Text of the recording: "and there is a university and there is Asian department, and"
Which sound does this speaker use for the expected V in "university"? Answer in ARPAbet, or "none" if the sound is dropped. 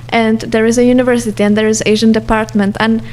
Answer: V